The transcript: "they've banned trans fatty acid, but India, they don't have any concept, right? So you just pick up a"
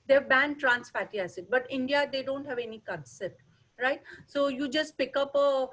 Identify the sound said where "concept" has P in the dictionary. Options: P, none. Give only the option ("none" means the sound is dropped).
none